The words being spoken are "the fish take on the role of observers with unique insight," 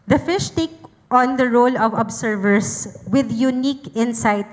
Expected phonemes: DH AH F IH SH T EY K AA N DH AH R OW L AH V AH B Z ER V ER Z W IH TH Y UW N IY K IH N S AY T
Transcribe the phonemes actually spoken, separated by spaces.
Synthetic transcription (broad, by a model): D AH F IH SH T EY K AA N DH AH R OW L AH V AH B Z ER V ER S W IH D Y UW N IY K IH N S AY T